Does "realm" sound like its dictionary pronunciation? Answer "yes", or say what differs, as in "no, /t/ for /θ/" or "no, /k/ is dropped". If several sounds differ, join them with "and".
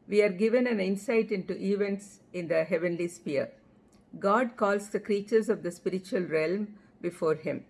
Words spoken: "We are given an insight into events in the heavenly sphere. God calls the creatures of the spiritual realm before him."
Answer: yes